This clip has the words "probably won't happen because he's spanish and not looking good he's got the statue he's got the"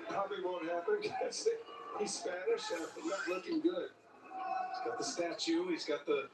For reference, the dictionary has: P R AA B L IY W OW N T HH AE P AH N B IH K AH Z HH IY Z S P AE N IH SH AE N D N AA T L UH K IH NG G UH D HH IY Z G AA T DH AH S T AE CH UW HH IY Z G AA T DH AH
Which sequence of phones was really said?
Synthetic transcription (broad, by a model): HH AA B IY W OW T HH AE P AH N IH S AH HH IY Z S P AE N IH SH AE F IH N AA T L UH K IH NG G UH D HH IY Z G AA T DH AH S T AE CH UW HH IY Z G AA T DH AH